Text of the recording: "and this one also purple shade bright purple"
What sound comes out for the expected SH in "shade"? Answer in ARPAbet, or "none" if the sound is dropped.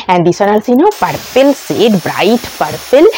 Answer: S